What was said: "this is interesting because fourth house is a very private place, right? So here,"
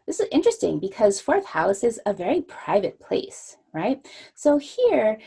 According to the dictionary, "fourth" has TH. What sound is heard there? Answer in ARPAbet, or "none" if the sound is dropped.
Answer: TH